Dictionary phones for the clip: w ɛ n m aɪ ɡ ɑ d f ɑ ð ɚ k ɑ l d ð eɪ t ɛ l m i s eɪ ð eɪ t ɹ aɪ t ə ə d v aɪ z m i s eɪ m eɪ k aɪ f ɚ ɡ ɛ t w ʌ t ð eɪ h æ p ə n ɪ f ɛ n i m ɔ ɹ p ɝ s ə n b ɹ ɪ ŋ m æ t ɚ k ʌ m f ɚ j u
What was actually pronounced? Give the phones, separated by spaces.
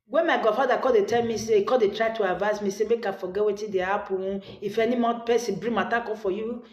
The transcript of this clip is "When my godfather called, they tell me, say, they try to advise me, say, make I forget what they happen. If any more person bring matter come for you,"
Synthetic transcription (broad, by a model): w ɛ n m aɪ ɡ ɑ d f ɑ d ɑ k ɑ d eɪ t ɛ l m i s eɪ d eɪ t ɹ aɪ t ə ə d v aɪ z m i s eɪ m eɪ k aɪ f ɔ ɡ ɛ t w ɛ t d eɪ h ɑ p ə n ɪ f ɛ n i m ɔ p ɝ s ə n b ɹ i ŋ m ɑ t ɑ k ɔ f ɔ j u